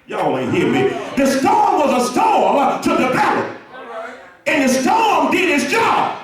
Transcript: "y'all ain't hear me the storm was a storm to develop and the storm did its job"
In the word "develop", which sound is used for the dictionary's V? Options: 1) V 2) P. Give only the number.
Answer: 2